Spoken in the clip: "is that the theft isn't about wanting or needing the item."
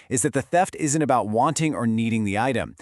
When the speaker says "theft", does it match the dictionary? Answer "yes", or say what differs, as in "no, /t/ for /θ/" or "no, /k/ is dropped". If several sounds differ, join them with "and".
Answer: yes